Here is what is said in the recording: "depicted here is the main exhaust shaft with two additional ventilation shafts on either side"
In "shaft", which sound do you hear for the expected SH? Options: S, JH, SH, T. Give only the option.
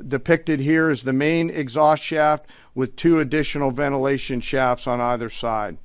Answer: SH